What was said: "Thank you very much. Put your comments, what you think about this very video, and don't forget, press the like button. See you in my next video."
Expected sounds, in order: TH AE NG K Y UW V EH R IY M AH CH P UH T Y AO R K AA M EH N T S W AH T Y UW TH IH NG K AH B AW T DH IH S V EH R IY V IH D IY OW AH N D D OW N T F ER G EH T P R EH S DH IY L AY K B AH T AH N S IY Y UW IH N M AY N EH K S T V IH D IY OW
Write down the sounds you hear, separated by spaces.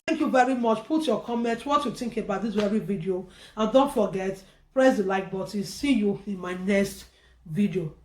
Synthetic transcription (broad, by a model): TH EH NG K Y UW V EH R IY M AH CH P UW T Y AO K AA M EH N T W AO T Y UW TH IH NG K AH B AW T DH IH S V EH R IY V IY D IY OW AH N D D OW N T F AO G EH T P R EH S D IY L AY K B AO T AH S IY Y UW IH N M AY N EH K S T V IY D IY OW